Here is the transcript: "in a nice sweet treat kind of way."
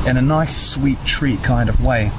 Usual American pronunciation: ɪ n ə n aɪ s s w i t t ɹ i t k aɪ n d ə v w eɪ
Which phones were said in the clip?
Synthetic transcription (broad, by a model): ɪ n ə n aɪ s s w i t t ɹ i k aɪ n d ə v w eɪ